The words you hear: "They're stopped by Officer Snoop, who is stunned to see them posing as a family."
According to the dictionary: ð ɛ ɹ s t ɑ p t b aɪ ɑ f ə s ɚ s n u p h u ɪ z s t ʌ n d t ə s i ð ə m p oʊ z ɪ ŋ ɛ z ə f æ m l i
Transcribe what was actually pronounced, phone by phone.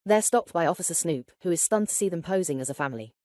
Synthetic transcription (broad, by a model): ð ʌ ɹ s t ɑ p t b aɪ ɑ f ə s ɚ s n u p h u ɪ z s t ʌ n t ə s i ð ə m p oʊ z ɪ ŋ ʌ z ə f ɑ m l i